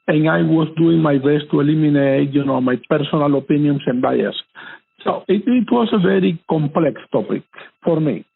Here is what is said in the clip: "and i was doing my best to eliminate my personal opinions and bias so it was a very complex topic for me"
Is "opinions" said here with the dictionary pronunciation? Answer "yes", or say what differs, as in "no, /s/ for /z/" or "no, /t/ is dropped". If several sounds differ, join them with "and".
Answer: no, /s/ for /z/